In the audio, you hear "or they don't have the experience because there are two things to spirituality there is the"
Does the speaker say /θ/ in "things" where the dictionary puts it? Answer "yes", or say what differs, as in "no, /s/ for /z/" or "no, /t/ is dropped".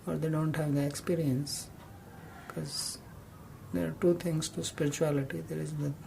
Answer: no, /t/ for /θ/